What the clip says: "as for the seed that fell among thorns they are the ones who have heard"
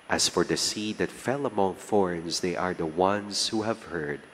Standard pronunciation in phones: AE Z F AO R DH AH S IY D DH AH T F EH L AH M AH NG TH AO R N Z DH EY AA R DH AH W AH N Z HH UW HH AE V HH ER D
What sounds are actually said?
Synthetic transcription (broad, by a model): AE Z F AO R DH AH S IY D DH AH T F EH L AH M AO NG F AO R N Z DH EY AA R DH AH W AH N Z HH UW HH AE V HH ER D